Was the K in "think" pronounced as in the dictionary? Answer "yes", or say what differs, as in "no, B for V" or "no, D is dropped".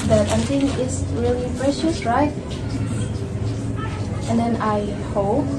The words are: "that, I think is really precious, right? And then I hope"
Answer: no, K is dropped